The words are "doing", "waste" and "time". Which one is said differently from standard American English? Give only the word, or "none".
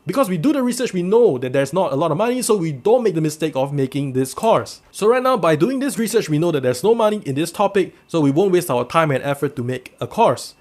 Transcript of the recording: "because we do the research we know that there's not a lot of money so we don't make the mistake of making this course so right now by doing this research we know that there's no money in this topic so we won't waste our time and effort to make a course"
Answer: none